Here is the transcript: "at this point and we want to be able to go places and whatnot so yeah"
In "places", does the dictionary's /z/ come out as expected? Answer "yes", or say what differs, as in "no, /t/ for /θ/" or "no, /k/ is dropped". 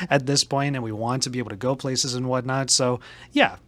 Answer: yes